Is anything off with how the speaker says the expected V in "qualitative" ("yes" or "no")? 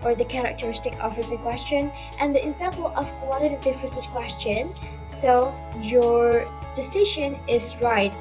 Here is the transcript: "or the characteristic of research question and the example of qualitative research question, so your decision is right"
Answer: yes